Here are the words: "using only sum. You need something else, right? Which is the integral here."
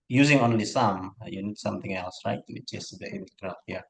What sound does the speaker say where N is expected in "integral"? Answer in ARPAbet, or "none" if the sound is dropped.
L